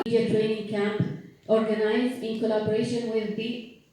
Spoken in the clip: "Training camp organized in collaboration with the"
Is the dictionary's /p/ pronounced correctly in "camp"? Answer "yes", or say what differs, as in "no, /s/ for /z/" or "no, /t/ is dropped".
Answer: yes